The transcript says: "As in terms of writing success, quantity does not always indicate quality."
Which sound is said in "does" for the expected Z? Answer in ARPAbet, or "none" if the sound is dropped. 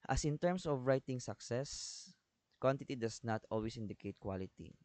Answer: S